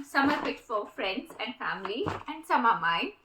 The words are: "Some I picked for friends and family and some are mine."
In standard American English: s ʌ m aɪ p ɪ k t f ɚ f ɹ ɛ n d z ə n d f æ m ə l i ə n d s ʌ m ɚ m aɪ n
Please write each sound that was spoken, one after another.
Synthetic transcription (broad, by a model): s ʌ m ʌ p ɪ t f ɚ f ɹ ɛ n d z ə n d f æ m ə l i ə n d s ʌ m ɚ m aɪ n